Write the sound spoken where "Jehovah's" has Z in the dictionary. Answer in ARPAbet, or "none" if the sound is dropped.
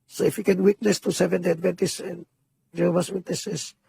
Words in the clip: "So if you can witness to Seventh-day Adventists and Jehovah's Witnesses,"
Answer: S